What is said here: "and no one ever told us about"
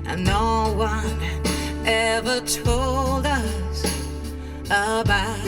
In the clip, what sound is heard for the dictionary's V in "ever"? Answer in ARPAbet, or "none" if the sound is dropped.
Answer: V